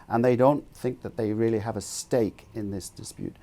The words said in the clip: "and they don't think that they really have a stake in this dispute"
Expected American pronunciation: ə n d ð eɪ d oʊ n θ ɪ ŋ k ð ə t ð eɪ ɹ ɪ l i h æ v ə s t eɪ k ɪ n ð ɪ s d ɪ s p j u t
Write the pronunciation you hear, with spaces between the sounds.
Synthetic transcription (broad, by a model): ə n ð eɪ d oʊ n θ ɪ ŋ k ð ə t ð eɪ ɹ ɪ l i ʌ v ə s t eɪ k ɪ n ð ɪ s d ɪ s p j u t